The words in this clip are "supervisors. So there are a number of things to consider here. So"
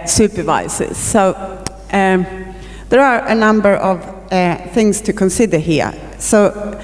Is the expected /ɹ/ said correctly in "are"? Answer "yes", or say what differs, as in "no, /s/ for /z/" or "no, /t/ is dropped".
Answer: yes